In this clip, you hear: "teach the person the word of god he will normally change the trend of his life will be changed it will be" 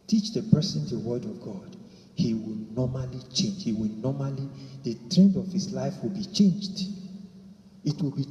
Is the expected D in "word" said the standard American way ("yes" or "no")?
yes